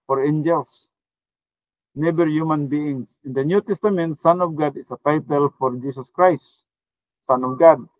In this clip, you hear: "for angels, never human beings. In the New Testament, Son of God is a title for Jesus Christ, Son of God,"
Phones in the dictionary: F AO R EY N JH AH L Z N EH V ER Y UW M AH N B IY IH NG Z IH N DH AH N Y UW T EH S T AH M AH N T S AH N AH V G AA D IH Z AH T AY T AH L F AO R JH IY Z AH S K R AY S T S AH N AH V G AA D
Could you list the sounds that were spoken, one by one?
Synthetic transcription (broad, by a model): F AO R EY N JH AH L S N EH B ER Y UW M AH N B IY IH NG S IH N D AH N Y UW T EH S T AH M AH N T S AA N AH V G AA D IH S AH T AY T AH L F AO R JH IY S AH S K R AY S T S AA N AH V G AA D